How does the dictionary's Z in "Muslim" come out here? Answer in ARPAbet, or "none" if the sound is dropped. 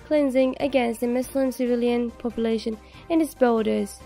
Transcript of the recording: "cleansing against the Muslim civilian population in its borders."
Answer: S